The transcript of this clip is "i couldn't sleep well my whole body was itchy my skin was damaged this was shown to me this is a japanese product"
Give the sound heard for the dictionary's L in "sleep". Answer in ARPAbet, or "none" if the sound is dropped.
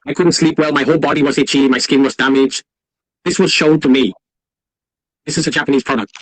L